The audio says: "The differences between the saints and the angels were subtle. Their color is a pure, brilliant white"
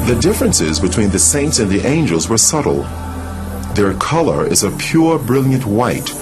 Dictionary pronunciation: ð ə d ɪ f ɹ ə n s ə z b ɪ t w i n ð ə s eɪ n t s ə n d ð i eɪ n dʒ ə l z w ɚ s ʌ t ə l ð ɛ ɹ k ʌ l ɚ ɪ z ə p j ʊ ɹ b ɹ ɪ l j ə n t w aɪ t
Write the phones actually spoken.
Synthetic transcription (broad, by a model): ð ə d ɪ f ɹ ə n s ə z b ɪ t w i n ð ə s eɪ n t s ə n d ð i eɪ n dʒ ə l z w ɚ s ʌ t l ð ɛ ɹ k ʌ l ɚ ɪ z ə p j ʊ ɹ b ɹ ɪ l j ə n t w aɪ t